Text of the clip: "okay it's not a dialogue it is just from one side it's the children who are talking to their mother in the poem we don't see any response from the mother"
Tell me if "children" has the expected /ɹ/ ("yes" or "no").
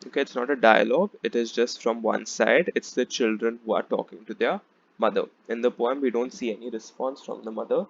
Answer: yes